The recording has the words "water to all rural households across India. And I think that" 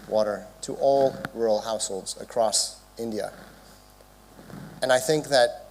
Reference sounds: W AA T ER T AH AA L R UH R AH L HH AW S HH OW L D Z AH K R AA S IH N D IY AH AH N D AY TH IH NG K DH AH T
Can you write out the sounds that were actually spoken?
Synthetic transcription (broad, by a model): W AA T ER T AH AA L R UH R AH L HH AW S HH OW L D Z AH K R AA S IH N D IY AH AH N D AY TH IH NG K DH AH T